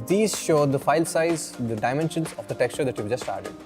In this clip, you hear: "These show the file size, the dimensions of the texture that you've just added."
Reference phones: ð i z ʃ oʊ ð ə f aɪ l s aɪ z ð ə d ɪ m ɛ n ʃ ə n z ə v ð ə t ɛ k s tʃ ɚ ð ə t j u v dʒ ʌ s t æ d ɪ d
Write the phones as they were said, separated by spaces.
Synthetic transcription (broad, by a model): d i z ʃ oʊ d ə f aɪ l s aɪ z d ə d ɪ m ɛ n ʃ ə n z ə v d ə t ɛ k s tʃ ɚ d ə t j u v dʒ ʌ s t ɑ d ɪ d